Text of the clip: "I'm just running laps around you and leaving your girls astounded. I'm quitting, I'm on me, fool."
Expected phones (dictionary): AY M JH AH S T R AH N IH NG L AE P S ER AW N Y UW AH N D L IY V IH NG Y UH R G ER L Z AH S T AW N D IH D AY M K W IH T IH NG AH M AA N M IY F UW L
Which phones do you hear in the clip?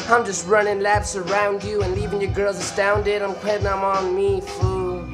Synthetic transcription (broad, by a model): AY M JH AH S T R AH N IH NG L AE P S ER AW N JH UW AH N L IY V IH NG Y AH R G ER L Z AH S T AW N D IH D AY M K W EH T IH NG AH M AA N M IY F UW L